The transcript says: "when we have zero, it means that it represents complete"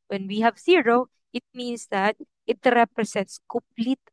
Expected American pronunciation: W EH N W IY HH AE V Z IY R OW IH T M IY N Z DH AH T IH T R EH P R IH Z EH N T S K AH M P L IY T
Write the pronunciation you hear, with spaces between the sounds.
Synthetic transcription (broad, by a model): W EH N W IY HH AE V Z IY R OW IH T M IY N S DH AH T IH T R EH P R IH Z EH N T S K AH M P L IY T